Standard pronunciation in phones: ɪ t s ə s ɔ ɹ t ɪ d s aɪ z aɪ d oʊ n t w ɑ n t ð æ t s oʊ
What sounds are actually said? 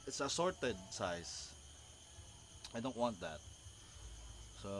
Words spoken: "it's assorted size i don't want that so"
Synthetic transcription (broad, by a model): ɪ t s ə s ɔ ɹ t ɪ d s aɪ s aɪ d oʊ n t w ɑ n t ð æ t s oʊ